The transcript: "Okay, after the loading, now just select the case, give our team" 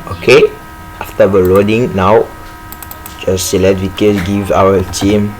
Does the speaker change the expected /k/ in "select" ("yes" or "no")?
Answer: yes